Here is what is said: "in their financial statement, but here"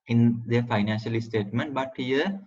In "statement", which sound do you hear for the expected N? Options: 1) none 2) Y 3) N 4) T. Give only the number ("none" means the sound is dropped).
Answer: 3